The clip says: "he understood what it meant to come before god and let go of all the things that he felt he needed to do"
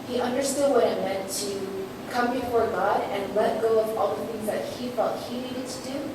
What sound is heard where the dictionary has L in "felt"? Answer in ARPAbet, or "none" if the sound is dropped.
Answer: none